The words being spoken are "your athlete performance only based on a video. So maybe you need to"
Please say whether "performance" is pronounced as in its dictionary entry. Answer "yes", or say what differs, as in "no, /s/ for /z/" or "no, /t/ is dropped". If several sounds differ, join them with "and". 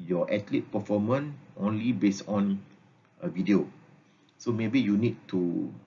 no, /s/ is dropped